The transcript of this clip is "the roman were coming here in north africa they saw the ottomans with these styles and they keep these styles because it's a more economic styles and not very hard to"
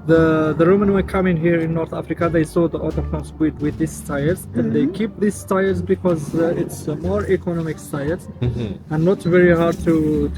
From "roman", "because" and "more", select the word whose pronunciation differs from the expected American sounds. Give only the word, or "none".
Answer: none